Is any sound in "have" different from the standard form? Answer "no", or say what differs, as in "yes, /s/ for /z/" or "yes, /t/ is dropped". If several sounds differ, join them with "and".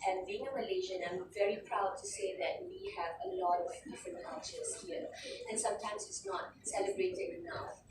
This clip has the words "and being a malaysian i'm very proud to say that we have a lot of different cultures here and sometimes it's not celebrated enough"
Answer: no